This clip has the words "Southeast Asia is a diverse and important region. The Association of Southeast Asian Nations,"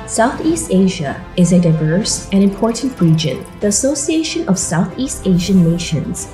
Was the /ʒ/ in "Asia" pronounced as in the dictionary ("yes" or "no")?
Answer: yes